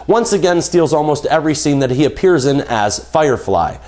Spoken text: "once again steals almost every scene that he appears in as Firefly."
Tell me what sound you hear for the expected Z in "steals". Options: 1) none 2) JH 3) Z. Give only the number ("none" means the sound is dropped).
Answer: 3